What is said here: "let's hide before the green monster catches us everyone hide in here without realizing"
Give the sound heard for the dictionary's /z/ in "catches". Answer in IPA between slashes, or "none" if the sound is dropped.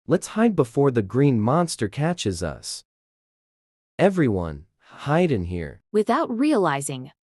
/z/